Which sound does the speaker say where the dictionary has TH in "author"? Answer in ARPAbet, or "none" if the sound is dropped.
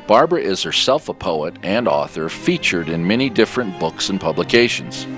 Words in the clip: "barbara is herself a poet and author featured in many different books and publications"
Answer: TH